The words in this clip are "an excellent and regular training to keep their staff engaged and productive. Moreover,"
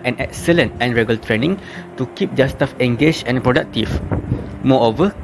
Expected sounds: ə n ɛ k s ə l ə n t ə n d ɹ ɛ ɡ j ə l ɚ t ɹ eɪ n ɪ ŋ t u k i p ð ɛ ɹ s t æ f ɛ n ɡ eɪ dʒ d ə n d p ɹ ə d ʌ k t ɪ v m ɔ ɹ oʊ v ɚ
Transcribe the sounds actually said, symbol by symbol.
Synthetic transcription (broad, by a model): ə n ɛ k s ə l ə n t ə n ɹ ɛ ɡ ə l t ɹ eɪ n ɪ ŋ t u k i p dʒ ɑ s t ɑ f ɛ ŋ ɡ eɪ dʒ ə n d p ɹ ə d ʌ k t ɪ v m ɔ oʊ v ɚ